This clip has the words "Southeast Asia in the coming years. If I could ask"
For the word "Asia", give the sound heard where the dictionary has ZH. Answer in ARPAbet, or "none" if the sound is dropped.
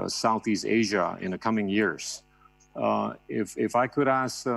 ZH